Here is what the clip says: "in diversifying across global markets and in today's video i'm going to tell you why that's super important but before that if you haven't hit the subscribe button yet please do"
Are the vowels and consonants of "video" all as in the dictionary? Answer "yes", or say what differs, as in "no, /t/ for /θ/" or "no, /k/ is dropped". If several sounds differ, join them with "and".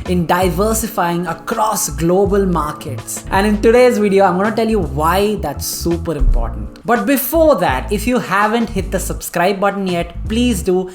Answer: yes